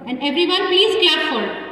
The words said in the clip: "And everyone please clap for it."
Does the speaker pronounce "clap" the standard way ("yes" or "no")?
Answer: no